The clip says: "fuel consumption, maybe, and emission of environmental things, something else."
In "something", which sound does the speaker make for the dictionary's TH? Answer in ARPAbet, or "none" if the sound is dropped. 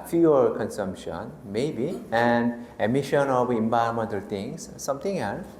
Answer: T